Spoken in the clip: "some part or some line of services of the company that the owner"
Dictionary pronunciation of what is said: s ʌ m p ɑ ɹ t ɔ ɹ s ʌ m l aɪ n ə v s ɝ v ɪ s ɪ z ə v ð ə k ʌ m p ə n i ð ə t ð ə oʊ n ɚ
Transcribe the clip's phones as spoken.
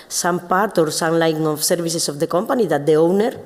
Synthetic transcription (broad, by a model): s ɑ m p ɑ ɹ t ɔ ɹ s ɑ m l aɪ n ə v s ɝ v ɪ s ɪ s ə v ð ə k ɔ m p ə n i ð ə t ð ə oʊ n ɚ